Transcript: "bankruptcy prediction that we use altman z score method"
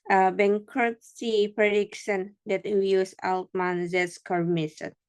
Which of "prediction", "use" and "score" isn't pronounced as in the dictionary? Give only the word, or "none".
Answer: prediction